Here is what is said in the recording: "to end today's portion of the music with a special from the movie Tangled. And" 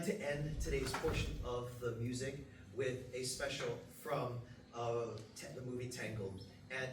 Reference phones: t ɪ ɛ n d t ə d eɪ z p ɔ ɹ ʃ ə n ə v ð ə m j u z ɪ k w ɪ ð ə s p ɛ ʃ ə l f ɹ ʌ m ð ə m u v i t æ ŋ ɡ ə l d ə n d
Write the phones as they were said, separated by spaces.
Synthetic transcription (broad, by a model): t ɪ ɛ n t ə d eɪ z p ɔ ɹ ʃ ə n ə v ð ə m j u z ɪ k w ɪ ð ə s p ɛ ʃ l f ɹ ʌ m ð ə m u v i t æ ŋ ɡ l ə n